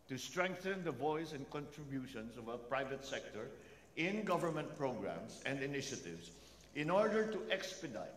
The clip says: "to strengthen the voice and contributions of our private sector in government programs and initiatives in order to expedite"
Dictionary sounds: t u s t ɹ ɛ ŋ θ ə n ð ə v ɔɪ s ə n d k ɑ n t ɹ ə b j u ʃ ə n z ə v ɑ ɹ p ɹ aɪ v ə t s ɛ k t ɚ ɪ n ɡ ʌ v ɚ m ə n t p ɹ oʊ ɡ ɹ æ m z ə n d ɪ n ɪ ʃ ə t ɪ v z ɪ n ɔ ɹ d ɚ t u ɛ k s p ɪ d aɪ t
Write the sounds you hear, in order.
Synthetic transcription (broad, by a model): t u s t ɹ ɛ ŋ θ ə n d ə v ɔɪ s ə n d k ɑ n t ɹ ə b j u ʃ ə n s ə v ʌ p ɹ aɪ v ə t s ɛ k t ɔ ɪ n ɡ ʌ v ɚ m ə n t p ɹ oʊ ɡ ɹ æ m s ə n d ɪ n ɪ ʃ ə t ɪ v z ɪ n ɔ ɹ d ɚ t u ɛ k s p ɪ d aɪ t